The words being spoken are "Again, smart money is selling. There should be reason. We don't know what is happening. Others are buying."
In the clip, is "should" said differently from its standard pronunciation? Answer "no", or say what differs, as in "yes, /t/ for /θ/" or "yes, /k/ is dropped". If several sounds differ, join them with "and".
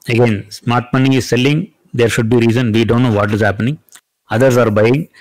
no